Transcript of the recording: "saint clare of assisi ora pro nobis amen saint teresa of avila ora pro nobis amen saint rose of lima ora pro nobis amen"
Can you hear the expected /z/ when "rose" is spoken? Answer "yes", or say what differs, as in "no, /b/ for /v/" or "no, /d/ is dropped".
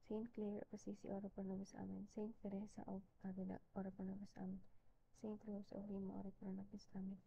no, /s/ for /z/